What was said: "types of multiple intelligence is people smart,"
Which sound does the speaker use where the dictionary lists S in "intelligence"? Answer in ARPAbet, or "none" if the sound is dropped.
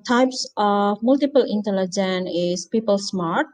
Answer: none